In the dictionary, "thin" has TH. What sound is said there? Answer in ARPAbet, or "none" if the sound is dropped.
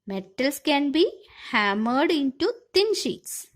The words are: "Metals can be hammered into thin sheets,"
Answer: T